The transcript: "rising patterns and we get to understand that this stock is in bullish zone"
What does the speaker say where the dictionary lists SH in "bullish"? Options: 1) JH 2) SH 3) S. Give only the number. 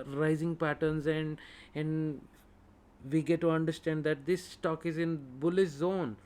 3